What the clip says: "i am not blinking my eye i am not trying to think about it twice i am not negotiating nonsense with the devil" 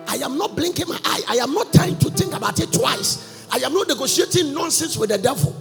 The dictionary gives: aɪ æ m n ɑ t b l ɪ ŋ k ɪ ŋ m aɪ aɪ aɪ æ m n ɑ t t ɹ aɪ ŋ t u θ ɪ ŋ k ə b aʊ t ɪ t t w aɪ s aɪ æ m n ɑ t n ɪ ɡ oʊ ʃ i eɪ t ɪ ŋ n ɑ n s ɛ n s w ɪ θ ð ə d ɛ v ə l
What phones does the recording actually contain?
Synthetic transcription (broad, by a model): aɪ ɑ m n ɑ t b l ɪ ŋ k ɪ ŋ m aɪ aɪ aɪ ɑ m n ɑ t t aɪ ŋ t u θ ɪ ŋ k ə b aʊ t ɪ t t w aɪ s aɪ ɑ m n ɑ t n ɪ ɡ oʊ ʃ i eɪ t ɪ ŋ n ɑ n s ɛ n s w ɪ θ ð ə d ɛ v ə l